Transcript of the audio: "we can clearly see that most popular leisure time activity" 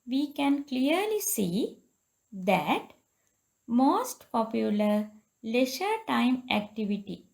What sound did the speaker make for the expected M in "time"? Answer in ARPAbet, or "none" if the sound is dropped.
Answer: M